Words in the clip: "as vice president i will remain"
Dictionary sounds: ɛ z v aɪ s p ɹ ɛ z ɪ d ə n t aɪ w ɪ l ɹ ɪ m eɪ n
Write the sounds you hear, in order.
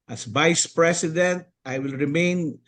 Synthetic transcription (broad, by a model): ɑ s v aɪ s p ɹ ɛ s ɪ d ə n t aɪ w ɪ l ɹ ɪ m eɪ n